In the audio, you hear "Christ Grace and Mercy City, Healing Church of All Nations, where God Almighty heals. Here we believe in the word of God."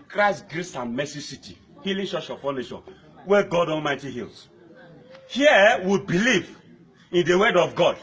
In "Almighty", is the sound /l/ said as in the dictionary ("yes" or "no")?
no